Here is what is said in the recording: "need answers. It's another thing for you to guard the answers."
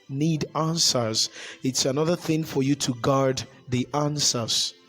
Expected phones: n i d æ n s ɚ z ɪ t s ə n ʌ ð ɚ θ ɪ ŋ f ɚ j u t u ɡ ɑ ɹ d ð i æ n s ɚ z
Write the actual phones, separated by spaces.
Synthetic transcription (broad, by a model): n i d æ n s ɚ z ɪ t s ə n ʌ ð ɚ θ ɪ ŋ f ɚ j u t u ɡ ɑ ɹ d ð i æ n s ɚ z